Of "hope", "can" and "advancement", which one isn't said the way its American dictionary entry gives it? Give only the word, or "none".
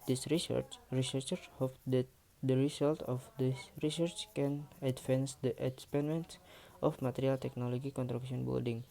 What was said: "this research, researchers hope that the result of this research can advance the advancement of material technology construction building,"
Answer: advancement